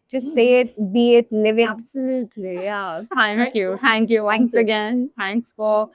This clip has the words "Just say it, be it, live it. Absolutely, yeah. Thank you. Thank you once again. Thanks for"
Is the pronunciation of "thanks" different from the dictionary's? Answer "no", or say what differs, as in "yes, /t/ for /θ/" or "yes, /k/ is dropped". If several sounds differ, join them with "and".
yes, /t/ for /θ/